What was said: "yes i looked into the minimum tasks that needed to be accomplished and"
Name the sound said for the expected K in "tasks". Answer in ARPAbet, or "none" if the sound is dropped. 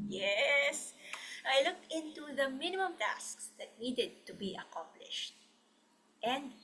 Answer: K